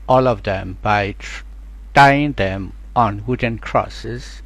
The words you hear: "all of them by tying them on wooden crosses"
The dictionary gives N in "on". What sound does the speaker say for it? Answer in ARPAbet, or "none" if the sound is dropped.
N